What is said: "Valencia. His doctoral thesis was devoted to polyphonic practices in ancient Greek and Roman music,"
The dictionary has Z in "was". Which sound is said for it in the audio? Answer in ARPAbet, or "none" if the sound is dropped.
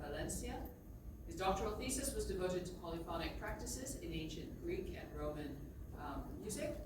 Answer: Z